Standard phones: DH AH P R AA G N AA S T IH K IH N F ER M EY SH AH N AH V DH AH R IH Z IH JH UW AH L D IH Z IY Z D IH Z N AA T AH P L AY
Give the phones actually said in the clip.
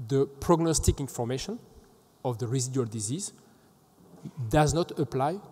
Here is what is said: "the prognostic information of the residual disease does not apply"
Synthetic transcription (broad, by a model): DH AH P R AA G N AA S T IH K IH N F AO M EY SH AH N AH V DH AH R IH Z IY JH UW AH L D IH Z IY Z D IH Z N AA T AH P L AY